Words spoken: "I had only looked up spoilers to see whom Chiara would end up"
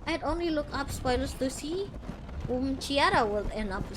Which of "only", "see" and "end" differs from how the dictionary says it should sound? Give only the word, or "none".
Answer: end